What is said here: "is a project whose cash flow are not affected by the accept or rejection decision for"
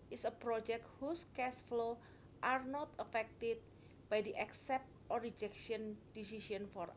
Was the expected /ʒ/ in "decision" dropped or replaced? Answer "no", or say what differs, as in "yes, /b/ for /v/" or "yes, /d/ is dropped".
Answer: yes, /s/ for /ʒ/